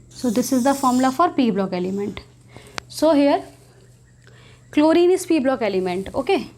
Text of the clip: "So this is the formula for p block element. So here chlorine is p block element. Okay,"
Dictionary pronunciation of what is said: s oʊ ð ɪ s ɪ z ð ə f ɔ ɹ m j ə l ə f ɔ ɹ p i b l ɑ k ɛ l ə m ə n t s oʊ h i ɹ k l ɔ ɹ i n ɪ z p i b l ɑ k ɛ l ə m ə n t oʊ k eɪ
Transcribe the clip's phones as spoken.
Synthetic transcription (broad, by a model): s oʊ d ɪ s ɪ z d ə f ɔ ɹ m l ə f ɔ ɹ p i b l ɑ k ɛ l ə m ə n t s oʊ h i ɹ k l ɔ ɹ i n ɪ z p i b l ɑ k ɛ l ə m ə n t oʊ k eɪ